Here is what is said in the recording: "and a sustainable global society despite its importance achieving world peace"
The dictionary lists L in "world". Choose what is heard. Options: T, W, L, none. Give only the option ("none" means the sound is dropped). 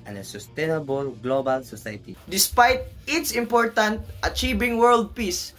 L